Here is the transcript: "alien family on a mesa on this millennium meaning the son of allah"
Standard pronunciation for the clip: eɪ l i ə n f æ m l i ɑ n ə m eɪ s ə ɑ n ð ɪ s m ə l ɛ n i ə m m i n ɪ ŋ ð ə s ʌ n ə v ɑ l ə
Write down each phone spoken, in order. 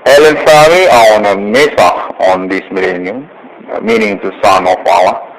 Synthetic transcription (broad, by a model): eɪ l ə n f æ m i ɑ n ə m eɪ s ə ɑ n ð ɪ s m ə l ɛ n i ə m m i n ɪ ŋ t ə s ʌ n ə f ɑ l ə